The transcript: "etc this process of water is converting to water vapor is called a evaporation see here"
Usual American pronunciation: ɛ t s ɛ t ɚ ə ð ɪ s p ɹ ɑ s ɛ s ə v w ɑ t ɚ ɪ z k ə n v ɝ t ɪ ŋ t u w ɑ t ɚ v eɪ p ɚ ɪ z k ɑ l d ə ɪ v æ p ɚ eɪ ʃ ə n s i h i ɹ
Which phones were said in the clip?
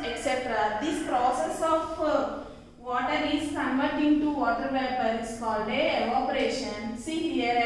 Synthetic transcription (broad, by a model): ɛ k s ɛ t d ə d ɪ s p ɹ ɑ s ɛ s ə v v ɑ t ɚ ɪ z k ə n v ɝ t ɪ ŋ t u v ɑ t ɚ v eɪ p ɚ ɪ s k ɑ l d ə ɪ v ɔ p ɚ eɪ ʃ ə n s i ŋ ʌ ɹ